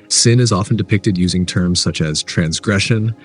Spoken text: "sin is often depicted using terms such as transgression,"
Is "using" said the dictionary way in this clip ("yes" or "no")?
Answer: yes